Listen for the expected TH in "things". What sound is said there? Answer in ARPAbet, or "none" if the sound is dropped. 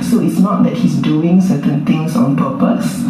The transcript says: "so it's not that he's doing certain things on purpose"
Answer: T